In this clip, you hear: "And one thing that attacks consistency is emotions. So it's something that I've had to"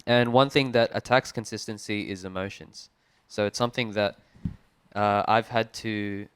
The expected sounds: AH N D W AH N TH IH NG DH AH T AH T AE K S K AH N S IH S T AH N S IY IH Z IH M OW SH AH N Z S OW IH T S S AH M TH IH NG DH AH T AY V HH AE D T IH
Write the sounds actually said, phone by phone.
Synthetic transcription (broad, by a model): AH N W AH N TH IH NG DH AH T AH T AE K S K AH N S IH S T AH N S IY IH Z IH M OW SH AH N Z S OW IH T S S AH M TH IH NG DH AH T AY V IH D T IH